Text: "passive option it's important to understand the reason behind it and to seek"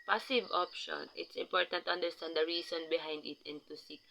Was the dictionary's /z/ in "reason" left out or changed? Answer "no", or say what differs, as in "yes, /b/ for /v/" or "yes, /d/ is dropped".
yes, /s/ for /z/